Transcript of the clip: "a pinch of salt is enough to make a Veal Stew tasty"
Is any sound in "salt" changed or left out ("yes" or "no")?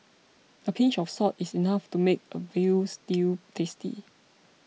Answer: yes